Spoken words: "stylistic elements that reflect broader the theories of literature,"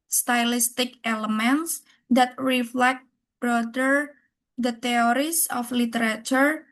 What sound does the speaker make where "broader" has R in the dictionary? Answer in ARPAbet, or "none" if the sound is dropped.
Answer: R